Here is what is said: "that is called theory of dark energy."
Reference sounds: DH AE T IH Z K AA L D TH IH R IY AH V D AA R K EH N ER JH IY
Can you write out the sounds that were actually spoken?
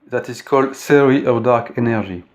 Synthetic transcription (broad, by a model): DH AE T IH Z K AA L D S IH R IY AH V D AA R K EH N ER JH IY